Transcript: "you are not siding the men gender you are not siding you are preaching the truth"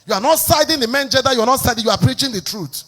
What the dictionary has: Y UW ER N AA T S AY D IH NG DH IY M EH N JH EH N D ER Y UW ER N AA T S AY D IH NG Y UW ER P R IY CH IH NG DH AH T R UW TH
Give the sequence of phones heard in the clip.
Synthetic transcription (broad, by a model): Y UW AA N AA T S AY D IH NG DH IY M EH N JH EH D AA Y UW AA N AA T S AY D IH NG Y UW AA P R IY CH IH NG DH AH T R UW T